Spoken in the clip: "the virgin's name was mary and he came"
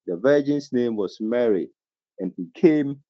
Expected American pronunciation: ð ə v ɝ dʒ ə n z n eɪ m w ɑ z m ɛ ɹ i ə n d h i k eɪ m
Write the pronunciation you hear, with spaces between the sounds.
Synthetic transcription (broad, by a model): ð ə v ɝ dʒ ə n s n eɪ m w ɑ s m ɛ ɹ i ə n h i k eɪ m